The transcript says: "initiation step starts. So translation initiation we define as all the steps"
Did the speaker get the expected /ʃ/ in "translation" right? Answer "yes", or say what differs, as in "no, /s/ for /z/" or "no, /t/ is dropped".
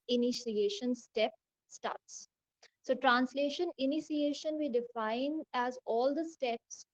yes